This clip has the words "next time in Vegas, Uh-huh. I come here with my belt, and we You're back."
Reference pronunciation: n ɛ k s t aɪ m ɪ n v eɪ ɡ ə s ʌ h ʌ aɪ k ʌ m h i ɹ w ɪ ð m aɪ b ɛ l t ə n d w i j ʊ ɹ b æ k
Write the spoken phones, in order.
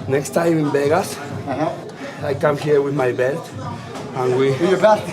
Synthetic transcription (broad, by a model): n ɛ k s t aɪ m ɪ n b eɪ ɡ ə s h aɪ k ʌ m h i ɹ w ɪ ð m aɪ b ɛ l t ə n w i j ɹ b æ